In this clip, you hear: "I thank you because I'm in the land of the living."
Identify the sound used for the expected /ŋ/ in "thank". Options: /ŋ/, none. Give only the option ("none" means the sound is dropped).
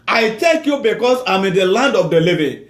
none